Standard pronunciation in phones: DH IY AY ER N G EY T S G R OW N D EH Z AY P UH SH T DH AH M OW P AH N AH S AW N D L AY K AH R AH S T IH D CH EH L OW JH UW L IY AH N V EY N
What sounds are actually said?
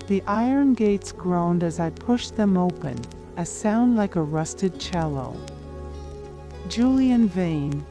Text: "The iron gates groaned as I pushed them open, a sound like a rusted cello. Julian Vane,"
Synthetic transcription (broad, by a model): DH IY AY ER N G EY T S G R OW N D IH Z AY P UH SH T DH AH M OW P AH N AH S AW N D L AY K AH R AH S T IH D CH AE L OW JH UW L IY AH N V EY N